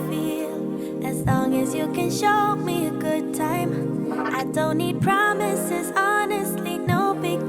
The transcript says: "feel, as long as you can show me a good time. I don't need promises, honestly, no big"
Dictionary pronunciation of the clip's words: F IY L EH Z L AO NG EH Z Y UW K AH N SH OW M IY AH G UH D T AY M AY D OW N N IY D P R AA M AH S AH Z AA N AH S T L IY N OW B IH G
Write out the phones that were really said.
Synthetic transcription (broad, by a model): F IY L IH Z L AO NG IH Z Y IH K AH N SH OW M IY AH G UH D T AY M AY D OW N N IY D P R AA M AH S AH Z AA N AH S T L IY N OW B IH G